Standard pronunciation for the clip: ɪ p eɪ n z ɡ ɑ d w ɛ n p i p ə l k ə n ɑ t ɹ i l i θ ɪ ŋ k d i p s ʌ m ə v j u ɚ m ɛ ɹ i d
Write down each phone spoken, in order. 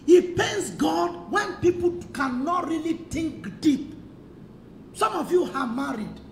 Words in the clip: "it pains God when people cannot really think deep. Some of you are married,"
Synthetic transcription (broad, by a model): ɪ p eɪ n s ɡ ɑ d w ɛ n p i p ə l k ə n ɑ t ɹ i l i t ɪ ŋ k d i p s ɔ m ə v j u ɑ m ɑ ɹ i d